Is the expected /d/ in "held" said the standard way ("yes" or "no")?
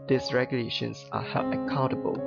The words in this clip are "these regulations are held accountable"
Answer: no